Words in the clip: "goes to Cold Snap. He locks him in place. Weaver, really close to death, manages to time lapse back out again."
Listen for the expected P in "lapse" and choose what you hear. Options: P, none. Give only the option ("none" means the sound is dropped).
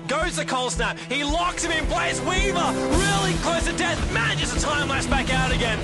none